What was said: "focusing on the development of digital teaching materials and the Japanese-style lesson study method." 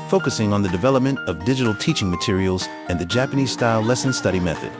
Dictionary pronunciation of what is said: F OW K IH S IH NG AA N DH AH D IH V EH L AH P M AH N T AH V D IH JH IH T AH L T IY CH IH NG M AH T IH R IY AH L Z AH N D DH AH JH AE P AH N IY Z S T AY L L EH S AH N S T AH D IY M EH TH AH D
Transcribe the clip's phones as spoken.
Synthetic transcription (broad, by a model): F OW K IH S IH NG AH N DH AH D IH V EH L AH P M AH N T AH V D IH JH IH T L T IY CH IH NG M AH T IH R IY L Z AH N DH AH JH AE P AH N IY Z S T AY L L EH S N S T AH D IY M EH TH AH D